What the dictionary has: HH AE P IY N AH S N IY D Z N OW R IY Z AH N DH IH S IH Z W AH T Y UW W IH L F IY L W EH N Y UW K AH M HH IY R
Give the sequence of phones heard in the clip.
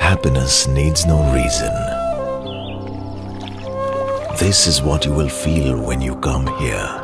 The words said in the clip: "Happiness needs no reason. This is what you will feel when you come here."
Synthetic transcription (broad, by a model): HH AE P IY N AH S N IY D Z N OW R IY Z AH N DH IH S IH Z W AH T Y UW W IH L F IY L W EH N Y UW K AH M HH IY R